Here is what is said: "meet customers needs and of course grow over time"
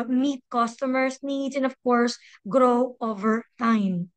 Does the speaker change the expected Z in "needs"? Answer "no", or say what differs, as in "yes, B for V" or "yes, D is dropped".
yes, Z is dropped